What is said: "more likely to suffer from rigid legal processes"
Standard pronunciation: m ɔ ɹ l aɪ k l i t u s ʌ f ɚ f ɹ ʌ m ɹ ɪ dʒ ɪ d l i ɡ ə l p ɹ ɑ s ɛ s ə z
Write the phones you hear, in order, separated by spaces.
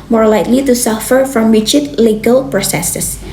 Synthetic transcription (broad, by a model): m ɔ ɹ l aɪ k l i t u s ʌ f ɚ f ɹ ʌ m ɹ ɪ tʃ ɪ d l i ɡ ə l p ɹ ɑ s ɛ s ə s